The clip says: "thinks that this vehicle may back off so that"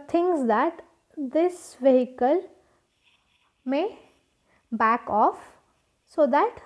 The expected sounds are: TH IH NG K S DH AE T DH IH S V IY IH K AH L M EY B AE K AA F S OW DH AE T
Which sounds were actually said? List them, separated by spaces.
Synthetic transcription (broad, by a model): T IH NG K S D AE T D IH S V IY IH K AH L M EY B AE K AA F S OW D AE T